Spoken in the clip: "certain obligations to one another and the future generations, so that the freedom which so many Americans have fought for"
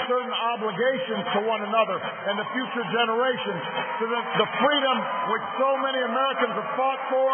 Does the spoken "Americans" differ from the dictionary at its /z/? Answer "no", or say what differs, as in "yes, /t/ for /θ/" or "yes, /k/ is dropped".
no